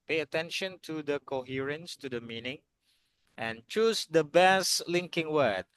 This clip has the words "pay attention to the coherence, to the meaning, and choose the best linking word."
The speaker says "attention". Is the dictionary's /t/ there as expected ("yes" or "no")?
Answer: yes